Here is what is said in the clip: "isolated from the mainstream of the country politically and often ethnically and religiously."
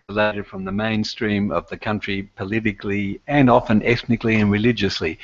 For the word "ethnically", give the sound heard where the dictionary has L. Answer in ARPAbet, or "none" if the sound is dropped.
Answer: L